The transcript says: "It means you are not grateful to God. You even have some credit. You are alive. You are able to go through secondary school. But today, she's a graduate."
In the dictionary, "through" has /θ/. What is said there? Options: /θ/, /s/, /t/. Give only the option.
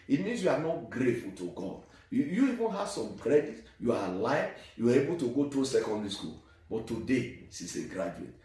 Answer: /t/